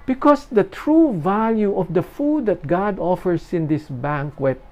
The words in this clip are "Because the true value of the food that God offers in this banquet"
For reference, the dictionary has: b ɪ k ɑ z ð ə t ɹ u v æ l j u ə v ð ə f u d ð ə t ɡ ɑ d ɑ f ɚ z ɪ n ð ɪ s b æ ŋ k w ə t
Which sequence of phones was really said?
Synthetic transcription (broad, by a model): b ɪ k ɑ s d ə t ɹ u v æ l j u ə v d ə f u d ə t ɡ ɑ d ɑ f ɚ s ɪ n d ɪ s b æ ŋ k w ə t